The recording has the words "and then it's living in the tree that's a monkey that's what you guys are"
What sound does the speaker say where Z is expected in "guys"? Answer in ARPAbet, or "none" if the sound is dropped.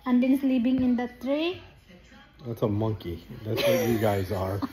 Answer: Z